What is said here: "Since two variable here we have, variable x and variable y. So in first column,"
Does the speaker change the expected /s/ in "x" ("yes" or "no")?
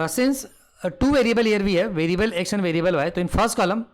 yes